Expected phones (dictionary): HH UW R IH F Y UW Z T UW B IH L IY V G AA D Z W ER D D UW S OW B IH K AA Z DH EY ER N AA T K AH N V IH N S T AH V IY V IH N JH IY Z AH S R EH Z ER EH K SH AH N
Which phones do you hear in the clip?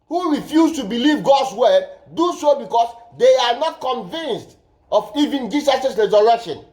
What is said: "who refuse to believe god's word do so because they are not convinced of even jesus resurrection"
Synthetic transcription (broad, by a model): HH UW R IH F Y UW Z T UW B IH L IY V G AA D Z W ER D D UW S OW B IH K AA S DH EY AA N AA T K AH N V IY N S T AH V IY V IH N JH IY S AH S R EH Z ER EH K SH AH N